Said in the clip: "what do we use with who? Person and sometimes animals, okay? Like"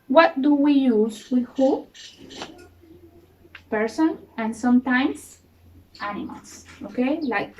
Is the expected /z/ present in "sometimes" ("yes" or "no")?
no